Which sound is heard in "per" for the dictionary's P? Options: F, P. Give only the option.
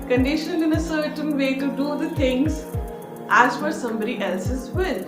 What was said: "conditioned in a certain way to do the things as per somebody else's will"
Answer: F